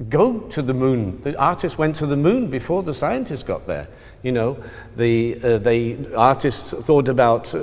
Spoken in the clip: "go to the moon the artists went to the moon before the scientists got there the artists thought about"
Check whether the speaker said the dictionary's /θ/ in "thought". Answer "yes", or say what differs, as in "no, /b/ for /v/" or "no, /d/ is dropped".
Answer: yes